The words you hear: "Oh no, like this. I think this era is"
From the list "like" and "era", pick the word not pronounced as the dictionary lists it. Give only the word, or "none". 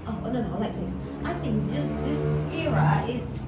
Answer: none